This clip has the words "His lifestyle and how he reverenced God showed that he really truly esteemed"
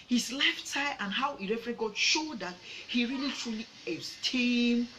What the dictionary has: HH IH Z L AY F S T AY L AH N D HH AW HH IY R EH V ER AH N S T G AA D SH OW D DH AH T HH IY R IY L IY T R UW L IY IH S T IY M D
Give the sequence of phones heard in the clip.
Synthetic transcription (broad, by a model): HH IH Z L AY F T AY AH N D HH AW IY R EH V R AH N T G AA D SH OW D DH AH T HH IY R IY L IY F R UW L IY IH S T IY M